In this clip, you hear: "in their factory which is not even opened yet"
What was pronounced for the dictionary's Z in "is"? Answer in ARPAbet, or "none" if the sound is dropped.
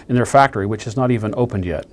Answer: Z